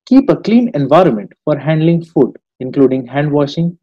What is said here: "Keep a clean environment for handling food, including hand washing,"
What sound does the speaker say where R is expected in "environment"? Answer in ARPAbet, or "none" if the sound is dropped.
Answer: R